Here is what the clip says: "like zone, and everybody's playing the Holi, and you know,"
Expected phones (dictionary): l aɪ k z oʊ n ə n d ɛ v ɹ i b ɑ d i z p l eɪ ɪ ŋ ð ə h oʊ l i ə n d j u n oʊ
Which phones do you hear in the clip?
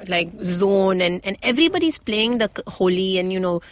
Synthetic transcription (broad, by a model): l aɪ k z oʊ n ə n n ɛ v ɹ i b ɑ d i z p l eɪ ɪ ŋ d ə h oʊ l i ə n j u n oʊ